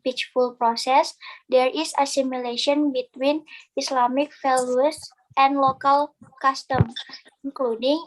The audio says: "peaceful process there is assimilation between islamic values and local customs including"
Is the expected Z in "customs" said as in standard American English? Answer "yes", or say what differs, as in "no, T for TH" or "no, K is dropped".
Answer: no, Z is dropped